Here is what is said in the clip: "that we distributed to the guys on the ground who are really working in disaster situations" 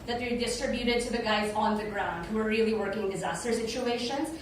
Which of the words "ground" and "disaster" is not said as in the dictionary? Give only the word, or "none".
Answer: none